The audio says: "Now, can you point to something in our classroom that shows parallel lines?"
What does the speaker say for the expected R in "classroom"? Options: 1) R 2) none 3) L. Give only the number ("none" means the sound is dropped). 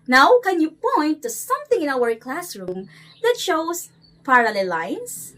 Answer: 1